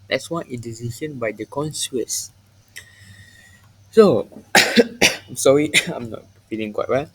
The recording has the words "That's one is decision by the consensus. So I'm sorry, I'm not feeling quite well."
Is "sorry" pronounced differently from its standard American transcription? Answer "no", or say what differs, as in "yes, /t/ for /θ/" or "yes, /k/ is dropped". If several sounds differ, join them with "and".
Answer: no